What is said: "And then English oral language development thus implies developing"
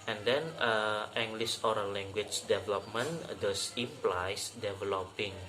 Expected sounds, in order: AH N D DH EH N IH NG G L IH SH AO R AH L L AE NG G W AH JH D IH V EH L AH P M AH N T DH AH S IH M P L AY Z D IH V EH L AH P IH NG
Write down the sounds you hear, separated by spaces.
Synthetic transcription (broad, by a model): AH N D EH N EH NG G L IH S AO R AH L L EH NG G W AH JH D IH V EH L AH P M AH N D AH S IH P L AY S D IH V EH L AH P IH NG